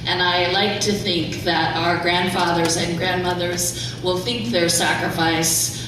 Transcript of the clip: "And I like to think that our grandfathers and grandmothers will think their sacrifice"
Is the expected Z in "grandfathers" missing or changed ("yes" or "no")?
no